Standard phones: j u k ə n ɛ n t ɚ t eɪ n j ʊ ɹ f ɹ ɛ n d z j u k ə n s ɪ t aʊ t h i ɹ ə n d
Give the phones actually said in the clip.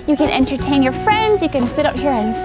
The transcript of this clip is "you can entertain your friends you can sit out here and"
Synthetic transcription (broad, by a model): j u k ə n ɛ n t ɚ t eɪ n j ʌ ɹ f ɹ ɛ n d z j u k ə n s ɪ t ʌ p h i ɹ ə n